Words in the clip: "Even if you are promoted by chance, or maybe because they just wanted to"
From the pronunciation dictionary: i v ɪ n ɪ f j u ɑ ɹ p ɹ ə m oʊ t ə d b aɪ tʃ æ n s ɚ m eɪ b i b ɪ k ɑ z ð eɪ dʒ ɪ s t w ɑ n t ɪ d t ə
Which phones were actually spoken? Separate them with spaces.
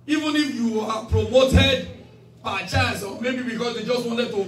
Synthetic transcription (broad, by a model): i v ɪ n ɪ f j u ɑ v p ɹ ə m oʊ t ə d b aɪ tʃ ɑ s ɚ m eɪ b i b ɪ k ɑ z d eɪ dʒ ɪ s t w ɑ n t ɪ d t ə